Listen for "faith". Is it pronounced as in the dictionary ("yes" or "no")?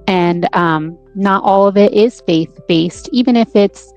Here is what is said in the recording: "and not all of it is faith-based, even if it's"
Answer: yes